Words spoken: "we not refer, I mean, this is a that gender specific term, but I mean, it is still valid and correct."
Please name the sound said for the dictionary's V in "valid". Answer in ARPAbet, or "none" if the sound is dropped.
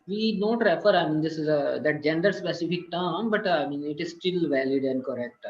V